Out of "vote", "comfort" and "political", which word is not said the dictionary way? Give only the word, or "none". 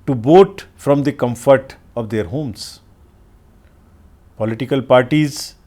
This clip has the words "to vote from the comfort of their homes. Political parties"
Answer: vote